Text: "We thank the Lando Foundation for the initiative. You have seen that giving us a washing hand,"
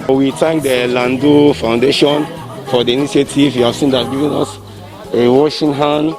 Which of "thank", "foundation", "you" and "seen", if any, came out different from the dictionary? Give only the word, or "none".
thank